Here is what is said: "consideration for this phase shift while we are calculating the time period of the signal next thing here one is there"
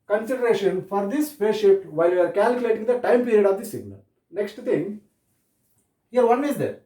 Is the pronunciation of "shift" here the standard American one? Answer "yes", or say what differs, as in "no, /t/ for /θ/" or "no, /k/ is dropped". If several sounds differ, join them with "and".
no, /f/ is dropped